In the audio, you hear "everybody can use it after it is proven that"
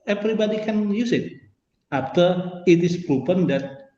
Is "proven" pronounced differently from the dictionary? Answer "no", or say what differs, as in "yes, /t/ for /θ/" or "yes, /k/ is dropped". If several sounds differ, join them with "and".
yes, /p/ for /v/